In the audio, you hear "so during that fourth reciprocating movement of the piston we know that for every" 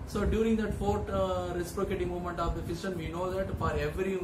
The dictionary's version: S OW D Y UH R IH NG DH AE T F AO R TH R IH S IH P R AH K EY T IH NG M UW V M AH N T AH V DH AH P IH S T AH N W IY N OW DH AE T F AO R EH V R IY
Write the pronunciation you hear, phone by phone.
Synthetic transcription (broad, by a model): S OW D Y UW R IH NG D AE T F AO R T R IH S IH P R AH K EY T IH M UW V M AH N T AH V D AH F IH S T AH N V IY N OW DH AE T F AO R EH V R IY